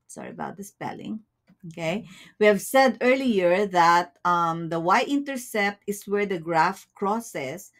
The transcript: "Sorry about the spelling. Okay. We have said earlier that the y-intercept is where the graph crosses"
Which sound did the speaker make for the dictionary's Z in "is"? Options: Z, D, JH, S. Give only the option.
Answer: S